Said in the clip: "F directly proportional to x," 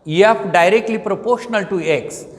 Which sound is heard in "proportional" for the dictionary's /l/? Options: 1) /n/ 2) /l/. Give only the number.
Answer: 2